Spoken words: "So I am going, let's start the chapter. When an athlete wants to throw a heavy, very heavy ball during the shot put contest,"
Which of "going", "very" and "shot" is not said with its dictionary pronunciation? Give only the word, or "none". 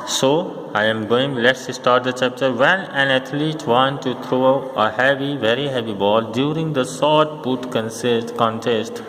shot